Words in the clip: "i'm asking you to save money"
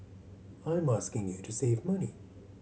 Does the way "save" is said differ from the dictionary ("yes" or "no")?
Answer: no